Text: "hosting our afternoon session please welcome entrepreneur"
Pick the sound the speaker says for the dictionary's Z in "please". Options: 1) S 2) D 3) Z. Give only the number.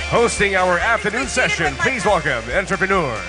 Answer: 3